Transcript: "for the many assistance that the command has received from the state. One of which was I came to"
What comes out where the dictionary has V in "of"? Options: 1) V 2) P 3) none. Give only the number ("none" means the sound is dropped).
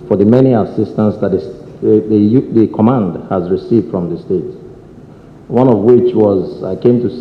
1